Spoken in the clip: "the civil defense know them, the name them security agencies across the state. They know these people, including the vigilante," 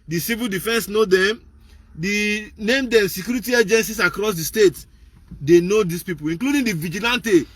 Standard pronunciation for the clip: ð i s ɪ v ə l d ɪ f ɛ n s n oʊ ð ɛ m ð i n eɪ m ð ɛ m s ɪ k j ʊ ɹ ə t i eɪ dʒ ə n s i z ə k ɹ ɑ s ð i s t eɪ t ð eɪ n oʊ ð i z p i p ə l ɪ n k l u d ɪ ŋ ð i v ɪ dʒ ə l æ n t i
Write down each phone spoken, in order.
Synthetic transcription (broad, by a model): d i s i v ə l d ɪ f ɛ n s n oʊ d ɛ m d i n eɪ m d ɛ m s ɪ k j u ɹ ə t i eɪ dʒ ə n s i s ə k ɹ ɑ s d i s t eɪ t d eɪ n oʊ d i s p i p ə l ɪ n k l u d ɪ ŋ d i v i dʒ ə l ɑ n t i